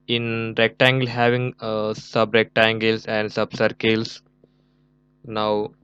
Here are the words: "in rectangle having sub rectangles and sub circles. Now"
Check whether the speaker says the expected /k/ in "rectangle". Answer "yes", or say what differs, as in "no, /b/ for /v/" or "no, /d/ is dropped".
yes